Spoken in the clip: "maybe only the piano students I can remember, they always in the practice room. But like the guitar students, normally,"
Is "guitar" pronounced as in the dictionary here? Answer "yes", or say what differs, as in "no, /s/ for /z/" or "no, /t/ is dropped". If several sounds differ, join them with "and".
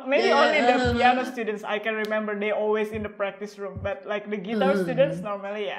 no, /w/ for /ɹ/